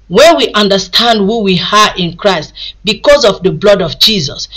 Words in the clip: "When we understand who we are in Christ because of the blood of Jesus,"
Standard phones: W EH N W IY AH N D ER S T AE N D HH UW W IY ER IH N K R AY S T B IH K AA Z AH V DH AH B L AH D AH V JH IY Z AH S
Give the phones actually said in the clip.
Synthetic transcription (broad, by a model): W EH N W IY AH N D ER S T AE N D HH UW W IY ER IH N K R AY S T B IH K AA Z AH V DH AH B L AH D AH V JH IY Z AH S